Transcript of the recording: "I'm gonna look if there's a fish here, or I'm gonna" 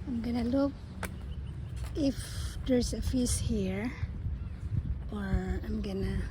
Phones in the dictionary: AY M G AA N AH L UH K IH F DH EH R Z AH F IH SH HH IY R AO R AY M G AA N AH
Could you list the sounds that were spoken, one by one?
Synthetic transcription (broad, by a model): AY M G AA N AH L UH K IH F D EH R S AH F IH S HH IY R AO R AY M G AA N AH